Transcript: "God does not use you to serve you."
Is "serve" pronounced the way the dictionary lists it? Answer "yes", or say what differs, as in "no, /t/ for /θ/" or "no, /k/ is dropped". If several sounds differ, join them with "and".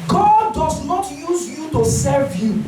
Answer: yes